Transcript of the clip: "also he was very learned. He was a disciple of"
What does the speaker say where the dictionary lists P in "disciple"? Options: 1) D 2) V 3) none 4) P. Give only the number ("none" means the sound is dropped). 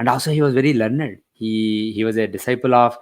4